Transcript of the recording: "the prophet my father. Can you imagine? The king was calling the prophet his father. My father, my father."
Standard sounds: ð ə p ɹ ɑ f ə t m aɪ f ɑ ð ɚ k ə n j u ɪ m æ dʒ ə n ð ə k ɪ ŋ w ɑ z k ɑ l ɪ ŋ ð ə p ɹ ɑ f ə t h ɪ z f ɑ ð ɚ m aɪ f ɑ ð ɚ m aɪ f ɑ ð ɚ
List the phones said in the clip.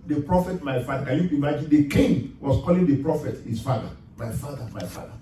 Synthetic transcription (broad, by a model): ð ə p ɹ ɑ f ə t m aɪ f ɑ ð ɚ k ə n j u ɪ m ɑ dʒ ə n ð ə k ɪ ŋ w ɑ s k ɑ l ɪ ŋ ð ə p ɹ ɑ f ə t h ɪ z f ɑ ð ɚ m aɪ f ɑ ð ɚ m aɪ f ɑ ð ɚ